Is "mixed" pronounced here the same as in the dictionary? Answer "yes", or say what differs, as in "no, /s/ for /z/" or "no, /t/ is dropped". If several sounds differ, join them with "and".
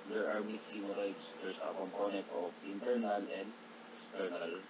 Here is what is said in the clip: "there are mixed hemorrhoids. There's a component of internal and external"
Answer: no, /k/ is dropped